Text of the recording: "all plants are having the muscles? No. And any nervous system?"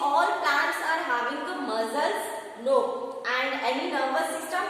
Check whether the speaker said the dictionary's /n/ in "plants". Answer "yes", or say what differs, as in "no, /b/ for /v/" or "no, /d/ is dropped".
no, /n/ is dropped